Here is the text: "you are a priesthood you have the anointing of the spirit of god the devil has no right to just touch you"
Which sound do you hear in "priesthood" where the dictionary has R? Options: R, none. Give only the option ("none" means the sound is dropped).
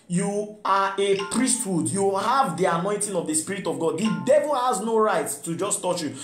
R